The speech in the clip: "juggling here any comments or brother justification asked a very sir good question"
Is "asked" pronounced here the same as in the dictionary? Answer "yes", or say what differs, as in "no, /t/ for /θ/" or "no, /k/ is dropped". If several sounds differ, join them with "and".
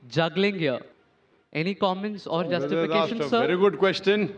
no, /t/ is dropped